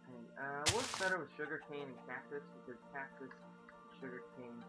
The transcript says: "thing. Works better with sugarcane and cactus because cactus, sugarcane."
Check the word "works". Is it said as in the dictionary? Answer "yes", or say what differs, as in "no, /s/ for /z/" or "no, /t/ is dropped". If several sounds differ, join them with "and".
no, /k/ is dropped